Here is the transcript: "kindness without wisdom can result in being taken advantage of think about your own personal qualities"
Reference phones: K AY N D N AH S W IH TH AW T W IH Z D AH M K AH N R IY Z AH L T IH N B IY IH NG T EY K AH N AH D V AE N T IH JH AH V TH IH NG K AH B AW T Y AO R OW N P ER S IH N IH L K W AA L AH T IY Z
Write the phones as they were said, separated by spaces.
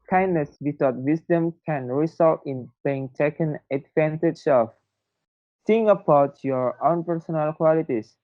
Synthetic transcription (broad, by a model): K AY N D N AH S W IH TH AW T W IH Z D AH M K AH N R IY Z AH L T IH N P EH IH NG T EY K AH N AH D V AE N T IH JH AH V S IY NG AH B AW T Y AO R OW N P ER S IH N IH L K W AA L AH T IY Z